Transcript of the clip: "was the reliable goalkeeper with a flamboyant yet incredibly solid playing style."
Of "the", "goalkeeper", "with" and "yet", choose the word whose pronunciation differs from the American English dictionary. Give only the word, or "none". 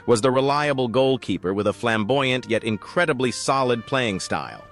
none